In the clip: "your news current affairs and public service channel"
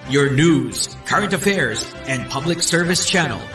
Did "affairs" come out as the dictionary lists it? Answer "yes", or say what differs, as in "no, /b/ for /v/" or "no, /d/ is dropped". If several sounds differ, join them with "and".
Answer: yes